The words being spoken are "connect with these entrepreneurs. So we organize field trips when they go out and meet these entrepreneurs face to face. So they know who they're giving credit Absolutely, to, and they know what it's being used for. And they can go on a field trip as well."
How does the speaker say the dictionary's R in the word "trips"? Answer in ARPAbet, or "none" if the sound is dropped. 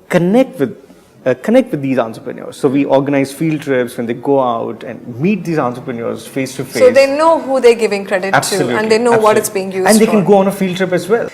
R